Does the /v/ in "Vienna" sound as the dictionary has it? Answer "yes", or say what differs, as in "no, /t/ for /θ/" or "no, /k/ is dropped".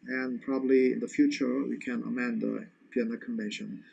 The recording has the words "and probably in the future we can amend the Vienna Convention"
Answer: no, /p/ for /v/